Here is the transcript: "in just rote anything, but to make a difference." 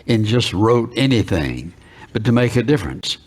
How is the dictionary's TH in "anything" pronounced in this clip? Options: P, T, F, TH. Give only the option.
TH